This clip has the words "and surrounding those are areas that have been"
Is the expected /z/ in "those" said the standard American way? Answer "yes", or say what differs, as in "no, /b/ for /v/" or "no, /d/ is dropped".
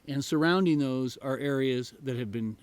yes